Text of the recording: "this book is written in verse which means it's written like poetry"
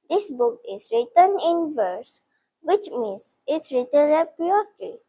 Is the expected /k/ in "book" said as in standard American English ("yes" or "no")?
yes